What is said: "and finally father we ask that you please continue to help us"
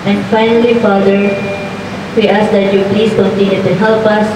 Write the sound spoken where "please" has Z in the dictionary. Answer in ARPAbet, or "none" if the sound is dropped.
S